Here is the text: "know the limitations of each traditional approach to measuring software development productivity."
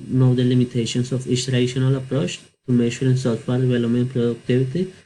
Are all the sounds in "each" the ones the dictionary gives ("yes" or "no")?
no